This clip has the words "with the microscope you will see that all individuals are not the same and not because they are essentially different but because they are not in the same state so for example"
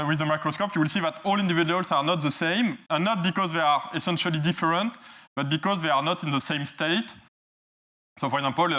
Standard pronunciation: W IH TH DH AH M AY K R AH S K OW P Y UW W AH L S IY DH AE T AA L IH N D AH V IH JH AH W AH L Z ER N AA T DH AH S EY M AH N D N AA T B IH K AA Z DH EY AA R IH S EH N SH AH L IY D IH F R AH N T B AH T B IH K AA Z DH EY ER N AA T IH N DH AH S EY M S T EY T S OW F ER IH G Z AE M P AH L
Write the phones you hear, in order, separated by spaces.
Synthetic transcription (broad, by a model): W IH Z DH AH M AY K R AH S K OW P Y UW W AH L S IY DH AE T AA L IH N D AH V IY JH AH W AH L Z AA N AA T DH AH S EY M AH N N AA T B IH K AA Z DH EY AA R IH S EH N SH AH L IY D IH F R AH N T B AH T B IH K AA Z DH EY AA N AA T IH N DH AH S EY M S T EY T S OW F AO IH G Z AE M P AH L